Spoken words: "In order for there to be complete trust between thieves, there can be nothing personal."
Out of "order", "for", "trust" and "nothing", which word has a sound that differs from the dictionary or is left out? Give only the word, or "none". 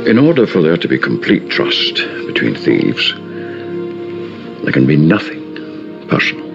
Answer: none